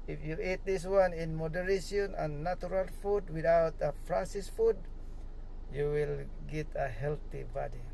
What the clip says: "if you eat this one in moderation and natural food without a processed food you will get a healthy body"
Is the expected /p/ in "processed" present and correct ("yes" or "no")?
no